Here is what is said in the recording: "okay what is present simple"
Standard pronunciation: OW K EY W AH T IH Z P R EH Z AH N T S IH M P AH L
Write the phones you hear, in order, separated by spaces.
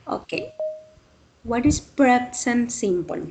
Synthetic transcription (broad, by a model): OW K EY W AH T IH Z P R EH S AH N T S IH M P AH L